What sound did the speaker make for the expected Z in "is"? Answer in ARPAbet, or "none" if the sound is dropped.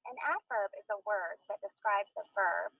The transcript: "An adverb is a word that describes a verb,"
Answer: Z